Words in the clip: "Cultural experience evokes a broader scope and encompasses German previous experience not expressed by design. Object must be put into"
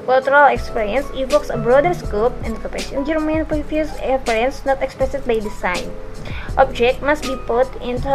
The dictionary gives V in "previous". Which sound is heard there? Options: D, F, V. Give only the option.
F